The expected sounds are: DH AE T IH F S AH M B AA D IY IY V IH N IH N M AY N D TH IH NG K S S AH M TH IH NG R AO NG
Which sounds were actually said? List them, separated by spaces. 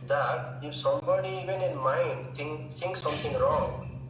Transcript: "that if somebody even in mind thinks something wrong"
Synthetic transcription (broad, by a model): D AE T IH F S AH M B AA D IY IY V IH N IH N M AY N D T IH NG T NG S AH M T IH NG R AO NG